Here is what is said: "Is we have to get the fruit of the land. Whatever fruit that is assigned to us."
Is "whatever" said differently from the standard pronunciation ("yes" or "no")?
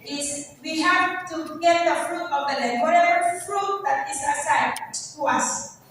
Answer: yes